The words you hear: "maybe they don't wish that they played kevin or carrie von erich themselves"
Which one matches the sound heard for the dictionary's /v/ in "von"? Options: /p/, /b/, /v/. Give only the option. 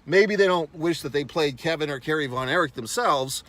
/v/